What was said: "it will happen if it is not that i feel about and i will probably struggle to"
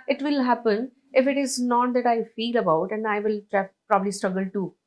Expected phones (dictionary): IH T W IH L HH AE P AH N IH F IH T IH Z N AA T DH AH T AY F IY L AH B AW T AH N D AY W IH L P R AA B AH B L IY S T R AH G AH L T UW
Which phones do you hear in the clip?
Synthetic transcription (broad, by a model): IH T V IH L HH AE P AH N IH F IH T IH Z N AA T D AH T AY F IY L AH B AW T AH N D AY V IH L P R AA B AH B L IY S T R AH G AH L T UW